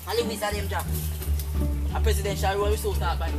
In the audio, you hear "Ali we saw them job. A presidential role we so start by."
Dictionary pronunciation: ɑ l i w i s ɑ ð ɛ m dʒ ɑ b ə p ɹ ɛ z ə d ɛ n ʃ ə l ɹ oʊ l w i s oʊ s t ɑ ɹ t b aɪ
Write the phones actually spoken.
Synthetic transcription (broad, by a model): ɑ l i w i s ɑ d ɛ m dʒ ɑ ə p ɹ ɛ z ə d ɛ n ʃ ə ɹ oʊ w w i s oʊ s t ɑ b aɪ